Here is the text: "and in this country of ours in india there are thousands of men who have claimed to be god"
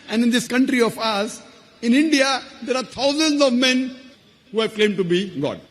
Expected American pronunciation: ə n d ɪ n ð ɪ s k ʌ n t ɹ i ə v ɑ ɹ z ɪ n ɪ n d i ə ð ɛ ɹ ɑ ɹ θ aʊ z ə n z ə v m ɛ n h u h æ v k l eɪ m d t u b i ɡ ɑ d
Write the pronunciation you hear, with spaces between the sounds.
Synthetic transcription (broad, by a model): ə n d ɪ n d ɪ s k ʌ n t ɹ i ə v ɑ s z ɪ n ɪ n d i ə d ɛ ɹ ɑ ɹ t aʊ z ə n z ə v m ɛ n h u h æ v k l eɪ m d t u b i ɡ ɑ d